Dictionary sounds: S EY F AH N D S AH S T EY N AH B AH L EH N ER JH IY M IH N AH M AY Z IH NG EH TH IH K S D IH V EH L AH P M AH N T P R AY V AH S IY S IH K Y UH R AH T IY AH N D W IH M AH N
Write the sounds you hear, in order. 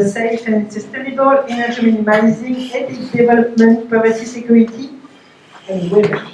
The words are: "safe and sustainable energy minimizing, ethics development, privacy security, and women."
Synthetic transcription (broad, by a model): S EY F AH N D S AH S T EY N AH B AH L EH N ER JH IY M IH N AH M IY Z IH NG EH T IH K D IH V EH L AH P M AH N T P AY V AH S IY S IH K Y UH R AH T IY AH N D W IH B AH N